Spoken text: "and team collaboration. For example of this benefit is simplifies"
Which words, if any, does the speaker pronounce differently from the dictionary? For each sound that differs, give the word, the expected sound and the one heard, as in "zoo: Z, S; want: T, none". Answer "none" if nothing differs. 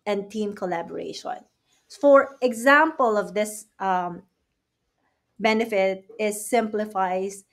none